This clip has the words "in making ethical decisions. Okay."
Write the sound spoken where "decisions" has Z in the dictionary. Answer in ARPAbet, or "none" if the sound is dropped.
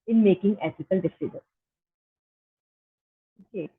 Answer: none